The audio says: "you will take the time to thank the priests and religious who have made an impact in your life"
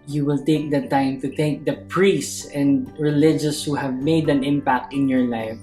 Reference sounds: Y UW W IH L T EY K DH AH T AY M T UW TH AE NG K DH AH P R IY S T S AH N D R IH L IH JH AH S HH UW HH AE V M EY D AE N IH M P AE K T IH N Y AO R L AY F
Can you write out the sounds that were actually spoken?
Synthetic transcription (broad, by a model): Y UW W IH L T EY K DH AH T AY M T UW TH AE NG K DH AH P R IY S S S AH N D R IH L IH JH AH S HH UW HH AE V M EY D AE N IH M P AE K T IH N Y AO R L AY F